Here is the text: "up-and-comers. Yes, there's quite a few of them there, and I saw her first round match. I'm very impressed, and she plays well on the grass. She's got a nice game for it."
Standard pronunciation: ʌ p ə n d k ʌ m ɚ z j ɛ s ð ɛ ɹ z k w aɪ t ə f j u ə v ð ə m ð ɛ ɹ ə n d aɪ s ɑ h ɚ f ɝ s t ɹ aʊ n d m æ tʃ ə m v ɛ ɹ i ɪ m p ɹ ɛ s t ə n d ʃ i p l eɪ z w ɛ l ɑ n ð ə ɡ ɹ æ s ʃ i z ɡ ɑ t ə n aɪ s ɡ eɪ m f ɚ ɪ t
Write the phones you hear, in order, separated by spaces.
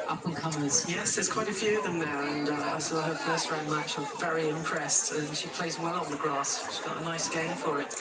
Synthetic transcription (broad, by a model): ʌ p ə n k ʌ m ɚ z j ɛ s ð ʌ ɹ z k w aɪ t ə f j u ə v ð ə m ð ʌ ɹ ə n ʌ aɪ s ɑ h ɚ f ɝ s t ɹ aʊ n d m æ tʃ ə v ɛ ɹ i ɪ m p ɹ ɛ s t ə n ʃ i p l eɪ z w ɛ l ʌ n ð ə ɡ ɹ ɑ s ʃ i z ɡ ɑ t ə n aɪ s ɡ eɪ m f ɚ ɪ t